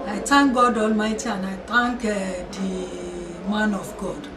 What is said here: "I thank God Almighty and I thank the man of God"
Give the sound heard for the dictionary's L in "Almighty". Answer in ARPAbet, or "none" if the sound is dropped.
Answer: L